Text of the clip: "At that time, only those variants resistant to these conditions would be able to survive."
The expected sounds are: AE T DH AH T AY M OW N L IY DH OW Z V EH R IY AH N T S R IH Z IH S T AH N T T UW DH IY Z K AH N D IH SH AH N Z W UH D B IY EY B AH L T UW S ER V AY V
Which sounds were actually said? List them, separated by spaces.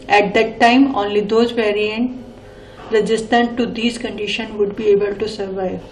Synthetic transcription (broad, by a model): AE T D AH T AY M OW N L IY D OW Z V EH R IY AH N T R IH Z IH S T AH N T T UW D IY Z K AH N D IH SH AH N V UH D B IY EY B AH L T UW S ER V AY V